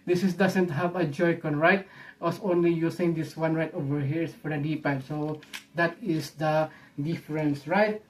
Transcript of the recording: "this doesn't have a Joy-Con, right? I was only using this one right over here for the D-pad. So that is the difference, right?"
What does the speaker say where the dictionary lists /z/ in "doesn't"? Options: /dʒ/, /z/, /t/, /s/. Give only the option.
/s/